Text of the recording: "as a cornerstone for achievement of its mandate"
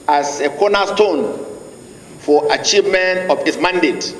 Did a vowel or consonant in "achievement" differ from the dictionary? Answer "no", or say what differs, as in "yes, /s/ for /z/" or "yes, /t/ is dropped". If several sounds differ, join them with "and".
no